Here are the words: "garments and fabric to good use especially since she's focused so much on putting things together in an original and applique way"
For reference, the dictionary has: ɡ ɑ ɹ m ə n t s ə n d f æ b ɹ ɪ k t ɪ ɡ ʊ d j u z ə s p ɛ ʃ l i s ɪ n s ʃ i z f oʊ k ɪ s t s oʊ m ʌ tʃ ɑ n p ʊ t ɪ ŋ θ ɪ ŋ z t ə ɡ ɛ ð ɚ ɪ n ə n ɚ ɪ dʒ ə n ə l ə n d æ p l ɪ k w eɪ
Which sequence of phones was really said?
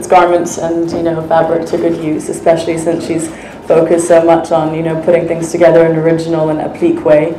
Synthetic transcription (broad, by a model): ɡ ɑ ɹ m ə n t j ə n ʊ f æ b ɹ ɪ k t ɪ ɡ ʊ d j u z ə s p ɛ ʃ l i s ɪ n s ʃ i z f oʊ k ɪ s t s oʊ m ʌ tʃ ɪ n p ʊ t ɪ ŋ θ ɪ ŋ z t ə ɡ ɛ ð ɚ ɪ n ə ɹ ɪ dʒ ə n l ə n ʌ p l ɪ k w eɪ